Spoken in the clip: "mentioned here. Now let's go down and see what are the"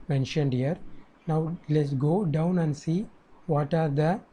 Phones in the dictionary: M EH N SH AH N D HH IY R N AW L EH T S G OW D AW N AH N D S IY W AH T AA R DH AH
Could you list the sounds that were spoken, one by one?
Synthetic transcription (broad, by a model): M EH N SH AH N D HH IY R N AW L EH T S G OW D AW N AH N D S IY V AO T AA R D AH